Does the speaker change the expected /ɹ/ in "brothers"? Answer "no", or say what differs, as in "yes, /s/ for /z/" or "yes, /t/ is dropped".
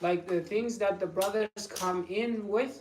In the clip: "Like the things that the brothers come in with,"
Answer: no